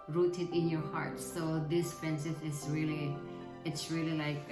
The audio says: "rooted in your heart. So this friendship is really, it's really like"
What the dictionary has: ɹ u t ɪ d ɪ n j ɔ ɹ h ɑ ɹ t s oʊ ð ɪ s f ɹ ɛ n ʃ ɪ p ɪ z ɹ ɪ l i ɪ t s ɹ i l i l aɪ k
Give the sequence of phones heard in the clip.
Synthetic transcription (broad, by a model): ɹ u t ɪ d ɪ n j ɔ ɹ h ɑ ɹ t s oʊ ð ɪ s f ɹ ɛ n s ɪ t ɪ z ɹ ɪ l i ɪ t s ɹ i l i l aɪ k